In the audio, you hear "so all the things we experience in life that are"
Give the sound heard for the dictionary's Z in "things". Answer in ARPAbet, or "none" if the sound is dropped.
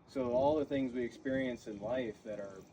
Z